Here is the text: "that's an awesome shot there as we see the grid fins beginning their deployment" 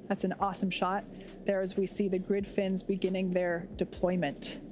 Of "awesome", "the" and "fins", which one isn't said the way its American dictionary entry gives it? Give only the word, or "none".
none